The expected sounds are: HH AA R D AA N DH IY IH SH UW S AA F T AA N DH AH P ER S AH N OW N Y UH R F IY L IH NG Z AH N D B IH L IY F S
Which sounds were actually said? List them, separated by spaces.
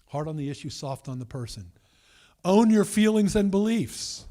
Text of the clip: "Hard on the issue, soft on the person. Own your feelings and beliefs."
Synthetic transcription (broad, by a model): HH AA R D N DH IY IH SH UW S AA F T N DH AH P ER S AH N OW N Y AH R F IY L IH NG Z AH N B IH L IY F S